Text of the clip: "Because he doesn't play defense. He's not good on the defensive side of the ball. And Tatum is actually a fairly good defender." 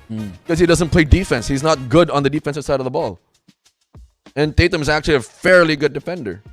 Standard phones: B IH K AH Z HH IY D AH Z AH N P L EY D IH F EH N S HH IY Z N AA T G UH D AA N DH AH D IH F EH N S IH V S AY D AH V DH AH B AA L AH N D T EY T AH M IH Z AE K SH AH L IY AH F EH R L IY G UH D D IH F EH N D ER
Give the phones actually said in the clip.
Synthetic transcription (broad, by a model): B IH K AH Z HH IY D AH Z AH N P L EY D IH F EH N S HH IY Z N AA T G UH D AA N DH AH D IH F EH N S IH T S AY D AH V DH AH B AA L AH N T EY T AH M IH Z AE K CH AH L IY AH F EH R L IY G UH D D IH F EH N D ER